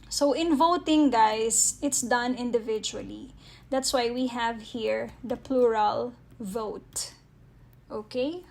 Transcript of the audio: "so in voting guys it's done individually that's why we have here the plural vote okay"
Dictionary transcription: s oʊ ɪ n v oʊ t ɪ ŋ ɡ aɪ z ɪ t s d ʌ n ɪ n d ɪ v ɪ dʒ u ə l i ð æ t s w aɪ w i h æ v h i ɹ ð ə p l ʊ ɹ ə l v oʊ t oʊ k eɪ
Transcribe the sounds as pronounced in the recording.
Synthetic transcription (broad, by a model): s oʊ ɪ n v oʊ t ɪ ŋ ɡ aɪ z ɪ t s d ʌ n ɪ n d ɪ v ɪ dʒ u ə l i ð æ t s w aɪ w i h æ v h i ɹ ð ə p l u ɹ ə l v oʊ t oʊ k eɪ